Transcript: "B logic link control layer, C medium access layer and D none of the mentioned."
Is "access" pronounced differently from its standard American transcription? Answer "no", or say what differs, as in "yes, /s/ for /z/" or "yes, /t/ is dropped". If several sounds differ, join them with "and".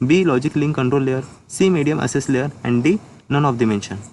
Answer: yes, /k/ is dropped